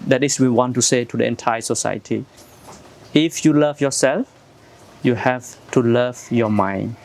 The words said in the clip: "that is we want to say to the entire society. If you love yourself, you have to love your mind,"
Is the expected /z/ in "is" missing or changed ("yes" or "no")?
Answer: yes